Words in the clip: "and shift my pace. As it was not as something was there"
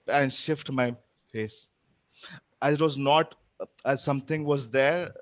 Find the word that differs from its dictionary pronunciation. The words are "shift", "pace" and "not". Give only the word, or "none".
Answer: pace